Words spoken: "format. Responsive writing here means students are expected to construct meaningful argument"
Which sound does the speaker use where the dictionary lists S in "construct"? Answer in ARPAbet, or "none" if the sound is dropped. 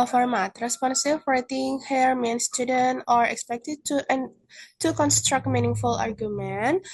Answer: S